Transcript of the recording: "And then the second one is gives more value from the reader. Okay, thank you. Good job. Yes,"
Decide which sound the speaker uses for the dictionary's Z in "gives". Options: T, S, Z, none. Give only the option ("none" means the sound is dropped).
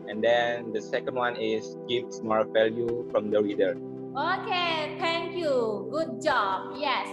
S